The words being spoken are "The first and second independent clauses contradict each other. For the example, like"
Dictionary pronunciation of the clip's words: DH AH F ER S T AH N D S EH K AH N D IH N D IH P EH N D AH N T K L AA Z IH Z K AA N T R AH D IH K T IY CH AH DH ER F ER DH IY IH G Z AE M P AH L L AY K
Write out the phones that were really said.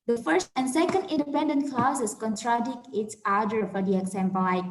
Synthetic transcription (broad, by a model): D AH F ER S T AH N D S EH K AH N D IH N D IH P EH N D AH N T K L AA S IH S K AA N T R AH D IH K T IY S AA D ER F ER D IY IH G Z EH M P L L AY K